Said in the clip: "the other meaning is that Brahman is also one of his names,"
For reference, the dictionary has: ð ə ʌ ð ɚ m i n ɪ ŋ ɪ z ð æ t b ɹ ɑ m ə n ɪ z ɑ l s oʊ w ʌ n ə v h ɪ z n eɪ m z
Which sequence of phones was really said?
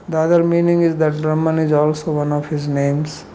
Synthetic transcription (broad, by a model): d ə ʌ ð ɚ m i n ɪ ŋ ɪ z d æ t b ɹ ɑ m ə n ɪ z ɑ l s oʊ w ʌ n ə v h ɪ z n eɪ m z